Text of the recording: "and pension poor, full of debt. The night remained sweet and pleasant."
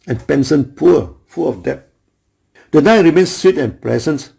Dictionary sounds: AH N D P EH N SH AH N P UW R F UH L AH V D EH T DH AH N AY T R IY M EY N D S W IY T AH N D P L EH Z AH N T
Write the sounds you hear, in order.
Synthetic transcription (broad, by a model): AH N P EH N S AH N P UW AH F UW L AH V D EH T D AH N AY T R IY M EY N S S W IY T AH N P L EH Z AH N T